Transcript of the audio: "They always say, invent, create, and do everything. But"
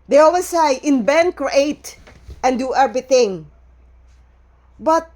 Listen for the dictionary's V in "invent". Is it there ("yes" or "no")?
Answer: no